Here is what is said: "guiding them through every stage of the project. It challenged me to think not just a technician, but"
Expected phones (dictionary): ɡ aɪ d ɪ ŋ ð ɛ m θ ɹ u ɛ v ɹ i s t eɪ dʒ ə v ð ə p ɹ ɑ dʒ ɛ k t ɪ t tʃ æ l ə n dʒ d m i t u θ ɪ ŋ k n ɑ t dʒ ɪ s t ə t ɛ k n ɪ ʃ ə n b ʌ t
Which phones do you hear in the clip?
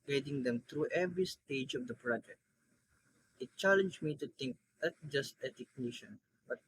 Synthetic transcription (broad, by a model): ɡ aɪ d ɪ ŋ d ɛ m t ɹ u ɛ v ɹ i s t eɪ dʒ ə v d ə p ɹ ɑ dʒ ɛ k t ɪ t tʃ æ l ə n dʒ m i t u t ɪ ŋ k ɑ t dʒ ɪ s t ə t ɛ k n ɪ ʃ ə n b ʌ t